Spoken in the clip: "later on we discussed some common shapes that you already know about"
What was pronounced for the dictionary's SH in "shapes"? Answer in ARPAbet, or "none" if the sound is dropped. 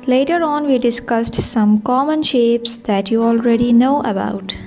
SH